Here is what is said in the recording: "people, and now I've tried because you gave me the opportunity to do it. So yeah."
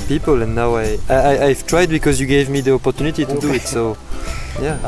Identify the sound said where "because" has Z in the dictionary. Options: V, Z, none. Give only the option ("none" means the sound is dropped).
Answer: Z